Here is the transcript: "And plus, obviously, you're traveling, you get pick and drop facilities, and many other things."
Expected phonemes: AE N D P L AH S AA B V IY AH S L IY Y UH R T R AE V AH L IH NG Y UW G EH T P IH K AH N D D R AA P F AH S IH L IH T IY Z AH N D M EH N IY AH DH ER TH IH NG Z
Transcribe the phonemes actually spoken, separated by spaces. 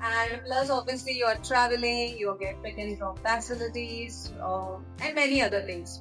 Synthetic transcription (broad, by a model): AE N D P L AH S AA B V IY AH S L IY Y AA R T R AE V AH L IH NG Y UW G EH T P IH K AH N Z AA F F AH S IH L IH T IY Z AH N D M EH N IY AH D ER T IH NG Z